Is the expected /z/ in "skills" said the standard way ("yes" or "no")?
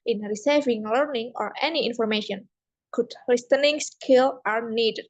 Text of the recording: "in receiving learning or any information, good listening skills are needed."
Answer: no